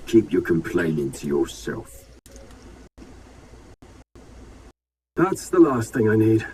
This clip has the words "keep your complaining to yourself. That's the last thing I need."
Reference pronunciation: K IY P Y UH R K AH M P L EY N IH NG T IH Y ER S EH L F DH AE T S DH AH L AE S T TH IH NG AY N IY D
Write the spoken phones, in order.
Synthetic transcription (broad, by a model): K IY P Y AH R K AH M P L EY N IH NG T IH Y ER S EH L F DH AE T S DH AH L AE S T TH IH NG AY N IY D